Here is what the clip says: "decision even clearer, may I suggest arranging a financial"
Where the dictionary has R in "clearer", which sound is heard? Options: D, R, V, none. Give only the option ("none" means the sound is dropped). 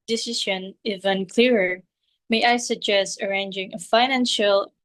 R